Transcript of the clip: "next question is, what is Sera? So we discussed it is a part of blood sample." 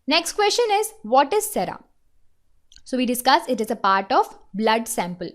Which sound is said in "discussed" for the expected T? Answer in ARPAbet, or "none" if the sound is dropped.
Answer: none